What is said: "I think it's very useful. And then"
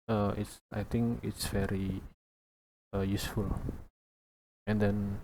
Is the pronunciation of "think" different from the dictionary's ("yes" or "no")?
yes